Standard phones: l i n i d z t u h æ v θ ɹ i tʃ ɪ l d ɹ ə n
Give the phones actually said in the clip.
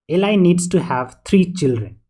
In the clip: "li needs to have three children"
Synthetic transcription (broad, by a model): l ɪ n i d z t u h æ v t ɹ i tʃ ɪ l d ɹ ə n